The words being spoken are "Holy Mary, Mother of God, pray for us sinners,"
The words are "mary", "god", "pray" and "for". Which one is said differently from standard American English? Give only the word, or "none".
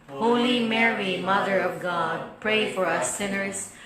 none